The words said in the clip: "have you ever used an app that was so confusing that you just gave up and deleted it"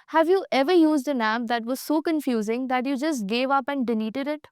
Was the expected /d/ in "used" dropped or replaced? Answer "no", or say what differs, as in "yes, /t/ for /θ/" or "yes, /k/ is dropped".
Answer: no